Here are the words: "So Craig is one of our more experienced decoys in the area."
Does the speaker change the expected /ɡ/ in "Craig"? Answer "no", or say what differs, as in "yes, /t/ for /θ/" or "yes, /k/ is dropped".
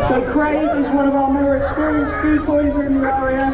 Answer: yes, /ɡ/ is dropped